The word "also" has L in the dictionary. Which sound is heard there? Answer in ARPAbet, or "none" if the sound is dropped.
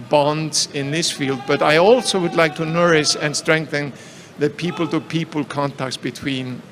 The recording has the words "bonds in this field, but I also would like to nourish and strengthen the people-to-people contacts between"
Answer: L